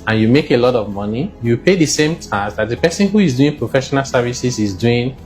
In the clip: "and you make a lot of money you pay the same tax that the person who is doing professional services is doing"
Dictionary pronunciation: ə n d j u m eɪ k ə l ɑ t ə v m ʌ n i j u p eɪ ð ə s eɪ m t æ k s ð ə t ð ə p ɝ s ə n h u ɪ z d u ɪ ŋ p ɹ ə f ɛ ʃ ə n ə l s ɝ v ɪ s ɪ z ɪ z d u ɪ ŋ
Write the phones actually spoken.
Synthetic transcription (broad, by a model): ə n j u m eɪ k ə l ɑ t ə v m ʌ n i j u p eɪ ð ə s eɪ m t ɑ s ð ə t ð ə p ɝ s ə n h u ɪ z d u ɪ ŋ p ɹ ə f ɛ ʃ ə n ə l s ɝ v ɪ s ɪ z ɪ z d u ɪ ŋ